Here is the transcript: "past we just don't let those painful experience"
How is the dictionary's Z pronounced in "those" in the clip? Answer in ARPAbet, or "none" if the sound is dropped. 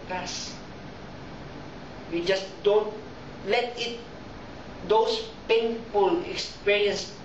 S